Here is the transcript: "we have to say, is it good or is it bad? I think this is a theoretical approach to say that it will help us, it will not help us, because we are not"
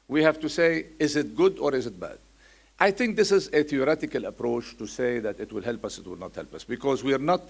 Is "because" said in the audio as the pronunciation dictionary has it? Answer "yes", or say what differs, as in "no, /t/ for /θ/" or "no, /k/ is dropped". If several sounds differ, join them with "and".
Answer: yes